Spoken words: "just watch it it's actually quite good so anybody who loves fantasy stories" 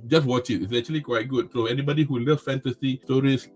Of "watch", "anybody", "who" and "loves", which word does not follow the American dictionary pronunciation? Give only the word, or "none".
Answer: loves